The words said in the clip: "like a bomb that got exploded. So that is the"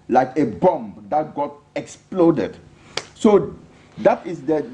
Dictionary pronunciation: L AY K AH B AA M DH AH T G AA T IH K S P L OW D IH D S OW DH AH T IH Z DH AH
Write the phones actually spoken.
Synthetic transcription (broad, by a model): L AY K AH B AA M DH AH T G AA T IH K S P L OW D IH D S OW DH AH T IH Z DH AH